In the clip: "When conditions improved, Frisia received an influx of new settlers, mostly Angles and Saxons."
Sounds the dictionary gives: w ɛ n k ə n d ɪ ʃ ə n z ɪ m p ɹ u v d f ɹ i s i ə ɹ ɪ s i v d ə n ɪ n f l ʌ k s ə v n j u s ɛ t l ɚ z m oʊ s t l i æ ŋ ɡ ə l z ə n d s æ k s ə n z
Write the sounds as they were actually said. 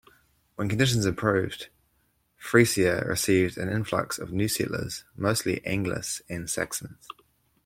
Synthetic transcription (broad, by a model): w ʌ n k ə n d ɪ ʃ ə n z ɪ p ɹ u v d f ɹ i s i ə ɹ ɪ s i v d ə n ɪ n f l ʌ k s ə v n j u s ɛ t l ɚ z m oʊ s t l i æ ŋ ɡ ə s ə n s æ k s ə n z